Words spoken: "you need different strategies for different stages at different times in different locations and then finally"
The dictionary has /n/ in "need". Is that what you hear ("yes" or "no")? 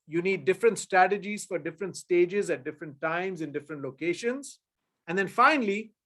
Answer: yes